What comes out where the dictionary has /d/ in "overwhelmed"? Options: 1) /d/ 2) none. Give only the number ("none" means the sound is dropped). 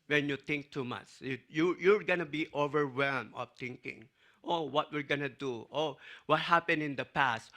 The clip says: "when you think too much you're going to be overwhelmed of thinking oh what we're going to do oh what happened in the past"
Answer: 2